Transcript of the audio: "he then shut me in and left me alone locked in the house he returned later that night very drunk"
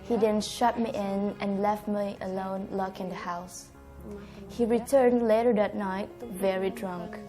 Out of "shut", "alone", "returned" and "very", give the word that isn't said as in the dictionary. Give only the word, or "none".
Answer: none